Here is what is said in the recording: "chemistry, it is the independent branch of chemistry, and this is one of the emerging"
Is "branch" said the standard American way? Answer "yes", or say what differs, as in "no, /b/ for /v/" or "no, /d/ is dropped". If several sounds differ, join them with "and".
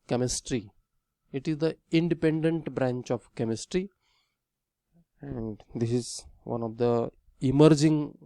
yes